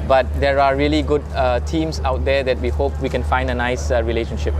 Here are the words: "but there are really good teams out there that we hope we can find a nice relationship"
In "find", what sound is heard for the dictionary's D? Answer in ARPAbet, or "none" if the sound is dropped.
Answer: D